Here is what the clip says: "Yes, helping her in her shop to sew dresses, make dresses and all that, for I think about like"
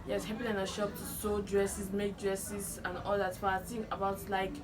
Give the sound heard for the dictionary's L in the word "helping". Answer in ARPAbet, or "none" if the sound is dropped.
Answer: none